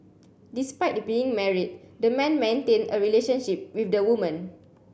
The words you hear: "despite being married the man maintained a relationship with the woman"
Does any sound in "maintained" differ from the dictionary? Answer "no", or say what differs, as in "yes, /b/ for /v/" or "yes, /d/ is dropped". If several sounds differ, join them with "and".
yes, /d/ is dropped